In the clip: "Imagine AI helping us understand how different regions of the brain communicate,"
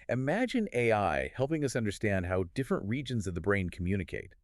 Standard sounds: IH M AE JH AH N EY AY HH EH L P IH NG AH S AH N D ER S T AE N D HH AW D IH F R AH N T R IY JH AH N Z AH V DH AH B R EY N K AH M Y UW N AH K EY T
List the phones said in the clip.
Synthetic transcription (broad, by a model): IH M AE JH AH N EY AY HH EH L P IH NG AH S AH N D ER S T AE N D HH AW D IH F R AH N T R IY JH AH N Z AH V DH AH B R EY N K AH M Y UW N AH K EY T